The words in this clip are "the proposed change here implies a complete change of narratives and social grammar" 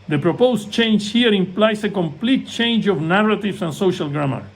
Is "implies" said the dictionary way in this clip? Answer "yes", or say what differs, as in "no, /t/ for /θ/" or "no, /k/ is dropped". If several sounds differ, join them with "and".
no, /s/ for /z/